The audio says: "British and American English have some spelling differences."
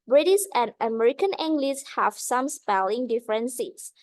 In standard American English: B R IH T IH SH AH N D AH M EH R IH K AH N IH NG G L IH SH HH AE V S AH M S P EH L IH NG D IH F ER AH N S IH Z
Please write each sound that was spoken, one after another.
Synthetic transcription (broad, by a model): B R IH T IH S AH N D AH M EH R IH K AH N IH NG G L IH S HH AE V S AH M S P EH L IH NG D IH F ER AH N S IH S